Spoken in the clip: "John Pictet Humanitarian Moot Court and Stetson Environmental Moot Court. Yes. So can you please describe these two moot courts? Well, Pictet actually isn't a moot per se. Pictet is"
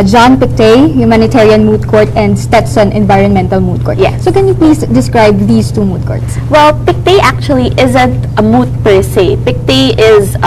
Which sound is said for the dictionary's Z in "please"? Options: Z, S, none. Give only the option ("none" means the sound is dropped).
S